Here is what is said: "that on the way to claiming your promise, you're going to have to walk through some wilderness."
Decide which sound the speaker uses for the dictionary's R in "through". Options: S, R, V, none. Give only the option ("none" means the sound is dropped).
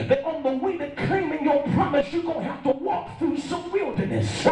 R